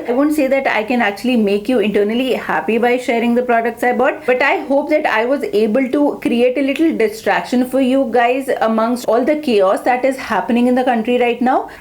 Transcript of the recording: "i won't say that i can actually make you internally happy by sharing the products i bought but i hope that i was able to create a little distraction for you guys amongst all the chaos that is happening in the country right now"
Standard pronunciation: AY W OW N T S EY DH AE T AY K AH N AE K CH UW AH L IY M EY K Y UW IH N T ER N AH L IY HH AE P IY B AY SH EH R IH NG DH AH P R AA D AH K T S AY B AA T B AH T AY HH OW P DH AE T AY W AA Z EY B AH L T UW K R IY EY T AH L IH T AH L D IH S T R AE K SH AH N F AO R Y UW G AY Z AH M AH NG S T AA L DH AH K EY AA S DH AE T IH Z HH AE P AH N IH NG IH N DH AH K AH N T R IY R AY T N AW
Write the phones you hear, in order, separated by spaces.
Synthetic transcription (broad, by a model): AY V OW N T S EY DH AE T AY K AH N AE K CH UW AH L IY M EY K Y UW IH N T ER N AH L IY HH AE P IY B AY SH EH R IH NG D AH P R AA D AH K T S AY B AA T B AH T AY HH OW P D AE T AY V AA Z EY B AH L T UW K R IY EY T AH L IH T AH L D IH S T R AE K SH AH N F AO R Y UW G AY Z AH M AH NG S T AA L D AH K EY AA S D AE T IH Z HH AE P AH N IH NG IH N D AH K AH N T R IY R AY T N AW